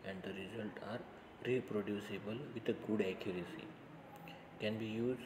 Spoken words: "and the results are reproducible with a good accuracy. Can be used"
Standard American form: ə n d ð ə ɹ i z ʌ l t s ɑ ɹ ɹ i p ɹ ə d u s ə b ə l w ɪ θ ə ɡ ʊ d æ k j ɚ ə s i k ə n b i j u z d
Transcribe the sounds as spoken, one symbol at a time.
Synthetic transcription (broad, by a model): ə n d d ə ɹ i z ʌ l t ɑ ɹ ɹ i p ɹ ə d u s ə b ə l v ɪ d ə ɡ ʊ d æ k j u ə s i k ə n b i j u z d